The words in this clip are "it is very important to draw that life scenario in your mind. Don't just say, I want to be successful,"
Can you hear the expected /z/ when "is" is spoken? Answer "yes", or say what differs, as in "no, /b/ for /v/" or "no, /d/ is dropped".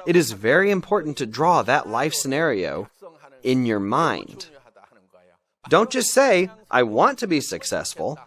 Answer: yes